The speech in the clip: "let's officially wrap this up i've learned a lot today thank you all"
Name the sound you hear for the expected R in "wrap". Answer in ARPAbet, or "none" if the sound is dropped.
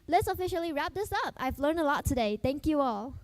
R